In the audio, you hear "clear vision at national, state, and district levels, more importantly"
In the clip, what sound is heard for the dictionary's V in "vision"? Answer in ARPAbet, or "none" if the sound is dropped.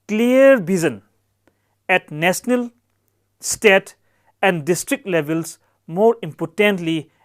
B